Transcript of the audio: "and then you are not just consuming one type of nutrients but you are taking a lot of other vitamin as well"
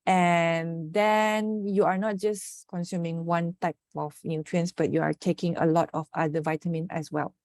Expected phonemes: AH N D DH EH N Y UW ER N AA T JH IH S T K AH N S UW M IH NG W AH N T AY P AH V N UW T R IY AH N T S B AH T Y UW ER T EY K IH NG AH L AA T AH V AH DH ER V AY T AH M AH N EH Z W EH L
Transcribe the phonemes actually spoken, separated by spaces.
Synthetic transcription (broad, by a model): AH N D EH N Y UW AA N AA T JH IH S K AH N S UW M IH NG W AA N T AY P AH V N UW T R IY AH N S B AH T Y UW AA T EY K IH NG AH L AA T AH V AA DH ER V AY T AH M AH N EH S W EH L